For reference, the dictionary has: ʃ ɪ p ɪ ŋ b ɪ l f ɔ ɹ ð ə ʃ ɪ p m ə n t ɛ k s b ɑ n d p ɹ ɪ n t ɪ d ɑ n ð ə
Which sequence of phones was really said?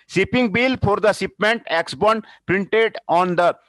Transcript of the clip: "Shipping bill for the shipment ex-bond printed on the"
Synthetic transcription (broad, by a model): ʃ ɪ p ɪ ŋ b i l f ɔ ɹ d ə s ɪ p m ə n t ɛ k s b ɑ n d p ɹ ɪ n t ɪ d ɑ n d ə